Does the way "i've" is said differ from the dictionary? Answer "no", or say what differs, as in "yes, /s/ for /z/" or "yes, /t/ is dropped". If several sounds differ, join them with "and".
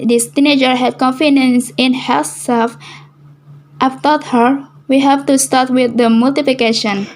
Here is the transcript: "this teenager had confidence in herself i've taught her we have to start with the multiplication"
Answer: yes, /f/ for /v/